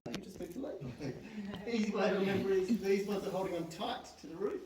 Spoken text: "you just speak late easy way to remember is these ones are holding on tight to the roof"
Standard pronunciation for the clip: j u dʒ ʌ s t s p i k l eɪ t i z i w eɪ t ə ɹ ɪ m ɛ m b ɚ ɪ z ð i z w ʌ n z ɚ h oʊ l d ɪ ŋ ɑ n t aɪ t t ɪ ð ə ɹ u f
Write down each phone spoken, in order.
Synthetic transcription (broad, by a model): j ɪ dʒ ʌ s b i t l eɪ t i z i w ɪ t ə ɹ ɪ m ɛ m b ɚ ɪ z ð i z w ʌ n z ɚ h oʊ l d ɪ ŋ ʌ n t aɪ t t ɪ ð ə ɹ u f